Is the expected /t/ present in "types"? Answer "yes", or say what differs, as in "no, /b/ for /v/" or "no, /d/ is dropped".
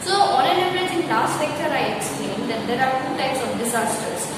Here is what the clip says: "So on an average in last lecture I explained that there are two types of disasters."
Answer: yes